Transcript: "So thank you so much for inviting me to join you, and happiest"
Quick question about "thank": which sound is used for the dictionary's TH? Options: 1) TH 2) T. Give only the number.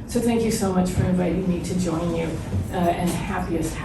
1